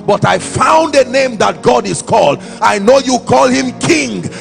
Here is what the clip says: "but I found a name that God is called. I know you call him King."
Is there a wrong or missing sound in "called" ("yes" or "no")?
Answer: no